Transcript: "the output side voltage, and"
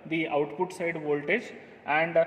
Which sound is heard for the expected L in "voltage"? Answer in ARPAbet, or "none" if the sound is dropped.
L